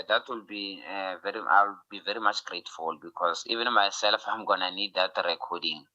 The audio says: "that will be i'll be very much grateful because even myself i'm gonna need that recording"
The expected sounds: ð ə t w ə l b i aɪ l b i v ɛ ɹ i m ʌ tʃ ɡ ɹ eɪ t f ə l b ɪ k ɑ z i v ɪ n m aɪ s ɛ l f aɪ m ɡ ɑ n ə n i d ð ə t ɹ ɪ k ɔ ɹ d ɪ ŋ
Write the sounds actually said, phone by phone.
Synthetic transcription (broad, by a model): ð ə t w ə l b i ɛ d b i v ɛ ɹ i m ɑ tʃ ɡ ɹ eɪ t f ə l b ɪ k ɑ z i v ɪ n m aɪ s ɛ l f aɪ m ɡ ɑ n ə n i d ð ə t ɹ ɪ k ɔ d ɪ ŋ